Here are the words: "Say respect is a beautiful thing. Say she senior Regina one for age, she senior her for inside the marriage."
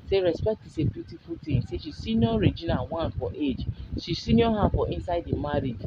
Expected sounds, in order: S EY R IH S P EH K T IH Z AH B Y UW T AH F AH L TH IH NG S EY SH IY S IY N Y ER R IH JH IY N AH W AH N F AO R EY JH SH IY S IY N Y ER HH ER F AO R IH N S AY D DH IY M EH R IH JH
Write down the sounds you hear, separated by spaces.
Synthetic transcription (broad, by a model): S EY R IH S P EH K T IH S AH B Y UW T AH F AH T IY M S EY SH IY S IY N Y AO R IH JH IY N AH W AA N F AO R EY JH SH IY S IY N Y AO HH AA F AO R IH N S AY D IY M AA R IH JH